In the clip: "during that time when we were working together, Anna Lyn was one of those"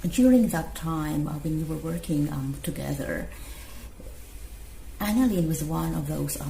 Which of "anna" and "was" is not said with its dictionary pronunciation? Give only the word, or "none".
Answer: none